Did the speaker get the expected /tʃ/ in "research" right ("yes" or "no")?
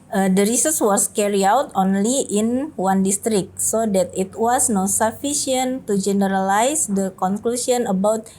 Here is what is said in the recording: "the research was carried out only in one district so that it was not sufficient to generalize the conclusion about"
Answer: no